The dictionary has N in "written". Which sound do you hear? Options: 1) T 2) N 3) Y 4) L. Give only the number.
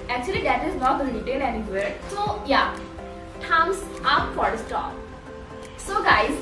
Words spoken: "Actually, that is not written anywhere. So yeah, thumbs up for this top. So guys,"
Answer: 4